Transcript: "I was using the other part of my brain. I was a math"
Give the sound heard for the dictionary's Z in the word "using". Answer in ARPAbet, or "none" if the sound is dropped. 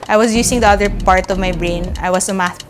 S